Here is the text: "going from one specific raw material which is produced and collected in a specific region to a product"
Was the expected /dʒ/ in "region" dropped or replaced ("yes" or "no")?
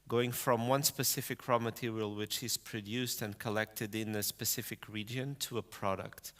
no